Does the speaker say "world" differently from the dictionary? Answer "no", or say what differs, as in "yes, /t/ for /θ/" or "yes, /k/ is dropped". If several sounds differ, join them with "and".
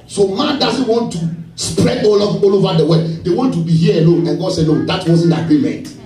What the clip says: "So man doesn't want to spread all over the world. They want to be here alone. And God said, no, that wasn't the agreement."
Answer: yes, /l/ is dropped